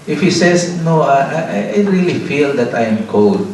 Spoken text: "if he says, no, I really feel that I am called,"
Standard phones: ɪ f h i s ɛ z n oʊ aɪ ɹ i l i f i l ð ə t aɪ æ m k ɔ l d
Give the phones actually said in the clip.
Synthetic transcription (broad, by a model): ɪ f h i s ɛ s n oʊ aɪ ɹ i l i f i l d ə t aɪ m k ɔ l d